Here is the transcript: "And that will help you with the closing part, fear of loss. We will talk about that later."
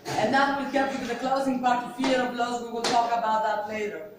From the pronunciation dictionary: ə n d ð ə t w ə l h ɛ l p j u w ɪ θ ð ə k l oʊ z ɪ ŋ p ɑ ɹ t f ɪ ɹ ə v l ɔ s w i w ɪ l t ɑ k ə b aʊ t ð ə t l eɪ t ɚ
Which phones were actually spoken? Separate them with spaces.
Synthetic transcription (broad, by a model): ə n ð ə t w ə l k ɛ p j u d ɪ ð ə k l oʊ z ɪ ŋ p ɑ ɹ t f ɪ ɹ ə b l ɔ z w i w ɪ l t ɑ k ə b aʊ t ð ə t l eɪ t ɚ